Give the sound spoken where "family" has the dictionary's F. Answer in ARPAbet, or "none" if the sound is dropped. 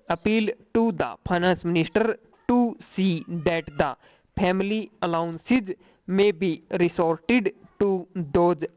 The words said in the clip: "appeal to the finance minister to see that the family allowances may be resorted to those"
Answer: P